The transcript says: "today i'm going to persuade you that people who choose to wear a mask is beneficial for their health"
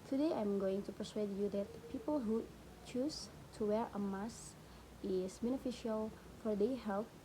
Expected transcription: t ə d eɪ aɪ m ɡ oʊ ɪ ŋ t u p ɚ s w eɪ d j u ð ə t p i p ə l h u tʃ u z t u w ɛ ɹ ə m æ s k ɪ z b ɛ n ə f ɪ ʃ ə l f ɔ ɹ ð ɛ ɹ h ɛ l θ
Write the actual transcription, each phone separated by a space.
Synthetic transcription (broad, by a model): t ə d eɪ aɪ m ɡ oʊ ɪ ŋ t u p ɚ s w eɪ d j u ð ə t p i p ə l h u tʃ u s t u w ɛ ɹ ə m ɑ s ɪ s b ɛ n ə f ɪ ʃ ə l f ɔ ɹ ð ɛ h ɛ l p